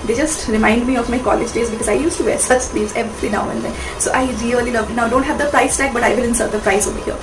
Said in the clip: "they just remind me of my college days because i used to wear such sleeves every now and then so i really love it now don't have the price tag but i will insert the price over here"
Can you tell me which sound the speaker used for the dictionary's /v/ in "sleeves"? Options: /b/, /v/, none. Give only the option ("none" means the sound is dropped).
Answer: none